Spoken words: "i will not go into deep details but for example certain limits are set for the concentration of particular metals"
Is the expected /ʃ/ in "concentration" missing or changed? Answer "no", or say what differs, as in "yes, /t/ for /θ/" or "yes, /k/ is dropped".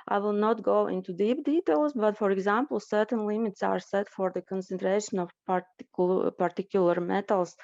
no